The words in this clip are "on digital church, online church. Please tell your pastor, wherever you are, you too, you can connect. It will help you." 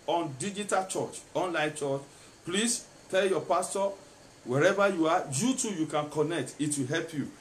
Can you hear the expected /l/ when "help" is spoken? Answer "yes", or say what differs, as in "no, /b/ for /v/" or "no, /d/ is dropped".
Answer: yes